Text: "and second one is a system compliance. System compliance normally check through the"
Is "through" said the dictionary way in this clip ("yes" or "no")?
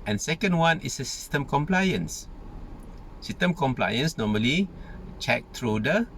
no